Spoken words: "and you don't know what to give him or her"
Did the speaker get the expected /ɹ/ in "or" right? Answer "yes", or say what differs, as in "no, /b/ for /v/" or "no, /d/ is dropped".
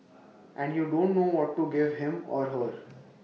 yes